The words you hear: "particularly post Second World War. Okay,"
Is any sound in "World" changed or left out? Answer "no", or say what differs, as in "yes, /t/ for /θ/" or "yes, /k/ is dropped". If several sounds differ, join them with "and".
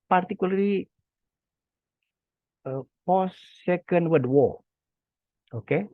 yes, /l/ is dropped